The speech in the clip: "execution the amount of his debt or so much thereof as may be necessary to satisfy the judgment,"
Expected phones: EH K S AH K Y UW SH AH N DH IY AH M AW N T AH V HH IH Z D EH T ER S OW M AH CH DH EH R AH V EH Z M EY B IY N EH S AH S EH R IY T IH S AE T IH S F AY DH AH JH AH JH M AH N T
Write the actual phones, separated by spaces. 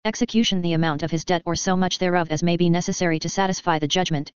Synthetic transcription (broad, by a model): EH K S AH K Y UW SH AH N DH IY AH M AW N T AH V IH Z D EH T ER S OW M AH CH DH EH R AH V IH Z M EY B IY N EH S AH S EH R IY T IH S AE T IH S F AY DH AH JH AH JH M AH N T